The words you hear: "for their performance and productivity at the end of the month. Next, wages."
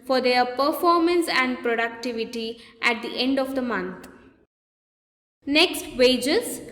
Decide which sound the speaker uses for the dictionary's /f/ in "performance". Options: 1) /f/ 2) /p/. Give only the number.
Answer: 1